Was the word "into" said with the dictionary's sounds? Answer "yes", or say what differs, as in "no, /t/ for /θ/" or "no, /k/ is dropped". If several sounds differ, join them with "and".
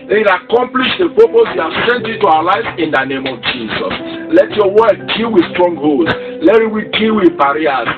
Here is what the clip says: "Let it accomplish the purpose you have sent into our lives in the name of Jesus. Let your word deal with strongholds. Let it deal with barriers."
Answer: no, /n/ is dropped